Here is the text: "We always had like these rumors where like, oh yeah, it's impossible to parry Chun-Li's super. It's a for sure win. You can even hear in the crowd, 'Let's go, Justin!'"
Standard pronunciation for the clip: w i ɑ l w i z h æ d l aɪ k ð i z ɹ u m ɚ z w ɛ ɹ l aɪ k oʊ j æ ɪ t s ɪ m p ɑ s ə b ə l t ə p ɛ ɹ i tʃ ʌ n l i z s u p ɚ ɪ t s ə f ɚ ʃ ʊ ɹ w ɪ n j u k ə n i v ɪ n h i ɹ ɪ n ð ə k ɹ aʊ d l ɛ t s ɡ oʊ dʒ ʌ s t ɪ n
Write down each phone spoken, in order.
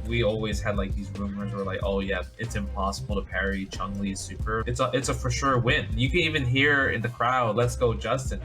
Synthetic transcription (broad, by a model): w i ɑ l w i z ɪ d l aɪ k ð i z ɹ u m ɚ z w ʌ ɹ l aɪ k oʊ j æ ɪ t s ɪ m p ɑ s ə b l t ə p ɛ ɹ i tʃ ʌ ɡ l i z s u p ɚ ɪ t s ə f ɚ ʃ ʊ ɹ w ɪ n j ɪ k ə n i v ɪ n h i ɹ ɪ n ð ə k ɹ aʊ d l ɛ t s ɡ oʊ dʒ ʌ s t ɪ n